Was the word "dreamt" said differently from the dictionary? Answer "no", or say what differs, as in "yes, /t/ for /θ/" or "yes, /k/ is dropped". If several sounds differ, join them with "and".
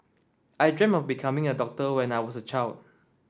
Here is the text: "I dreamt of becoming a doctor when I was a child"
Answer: yes, /t/ is dropped